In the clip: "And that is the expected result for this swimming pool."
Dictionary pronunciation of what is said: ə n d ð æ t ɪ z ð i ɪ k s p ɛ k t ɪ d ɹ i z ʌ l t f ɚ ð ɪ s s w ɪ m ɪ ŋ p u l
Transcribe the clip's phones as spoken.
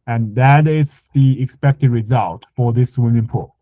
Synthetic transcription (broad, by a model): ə n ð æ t ɪ z ð i ɪ k s p ɛ k t ɪ d ɹ i z ʌ l t f ɚ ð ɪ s s w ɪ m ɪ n p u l